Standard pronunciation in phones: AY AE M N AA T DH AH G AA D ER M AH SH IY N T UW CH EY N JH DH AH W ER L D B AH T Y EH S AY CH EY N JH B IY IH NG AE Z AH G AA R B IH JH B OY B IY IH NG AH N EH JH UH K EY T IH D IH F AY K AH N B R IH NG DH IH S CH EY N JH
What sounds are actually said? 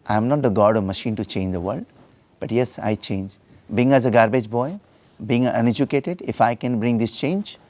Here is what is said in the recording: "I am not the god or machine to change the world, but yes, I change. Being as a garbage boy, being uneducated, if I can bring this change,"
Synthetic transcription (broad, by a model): AY M N AA T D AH G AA D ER M AH SH IY N T UW CH EY N JH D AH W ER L D B AH T Y EH S AY CH EY N JH B IY IH NG AE Z AH G AA R B IH JH B OY B IY IH NG AH N EH JH UH K EY T IH D IH F AY K AH N B R IH NG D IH S CH EY N JH